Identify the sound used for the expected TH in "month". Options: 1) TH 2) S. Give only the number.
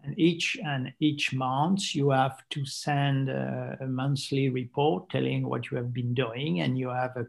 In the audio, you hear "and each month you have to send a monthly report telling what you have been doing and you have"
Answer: 2